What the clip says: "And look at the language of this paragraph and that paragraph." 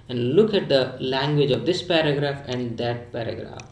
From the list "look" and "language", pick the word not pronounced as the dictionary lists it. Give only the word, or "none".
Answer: none